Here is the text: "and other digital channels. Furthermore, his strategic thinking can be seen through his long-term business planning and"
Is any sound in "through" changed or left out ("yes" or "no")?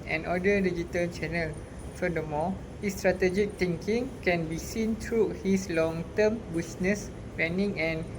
yes